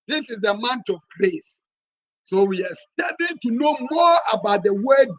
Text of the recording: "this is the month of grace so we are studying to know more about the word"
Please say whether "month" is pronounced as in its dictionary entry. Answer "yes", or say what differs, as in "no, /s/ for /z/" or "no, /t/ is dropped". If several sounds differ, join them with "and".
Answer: no, /t/ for /θ/